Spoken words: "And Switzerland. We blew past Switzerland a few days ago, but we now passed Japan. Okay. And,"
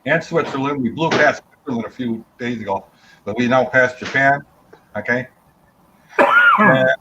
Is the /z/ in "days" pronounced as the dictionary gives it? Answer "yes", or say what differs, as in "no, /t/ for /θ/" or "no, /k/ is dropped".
yes